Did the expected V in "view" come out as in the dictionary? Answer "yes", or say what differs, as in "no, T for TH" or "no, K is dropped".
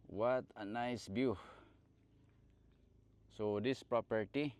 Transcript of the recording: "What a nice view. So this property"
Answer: no, B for V